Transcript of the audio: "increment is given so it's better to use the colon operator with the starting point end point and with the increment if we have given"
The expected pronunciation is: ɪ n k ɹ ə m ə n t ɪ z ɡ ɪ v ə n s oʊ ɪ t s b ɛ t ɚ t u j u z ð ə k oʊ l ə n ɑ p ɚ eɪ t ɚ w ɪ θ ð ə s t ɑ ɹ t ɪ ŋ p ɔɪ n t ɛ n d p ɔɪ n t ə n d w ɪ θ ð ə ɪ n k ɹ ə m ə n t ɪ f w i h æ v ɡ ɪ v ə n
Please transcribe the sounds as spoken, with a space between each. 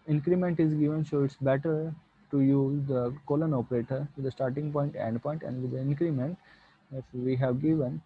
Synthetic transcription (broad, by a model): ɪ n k ɹ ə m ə n t ɪ z ɡ ɪ v ə n ʃ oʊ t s b ɛ t ɚ t u j u z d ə k oʊ l ə n ɑ p ɚ eɪ t ɚ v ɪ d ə s t ɑ ɹ t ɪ ŋ p ɔɪ n t ɛ n d p ɔɪ n t ə n d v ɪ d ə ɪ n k ɹ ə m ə n t ɪ f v i h æ v ɡ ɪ v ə n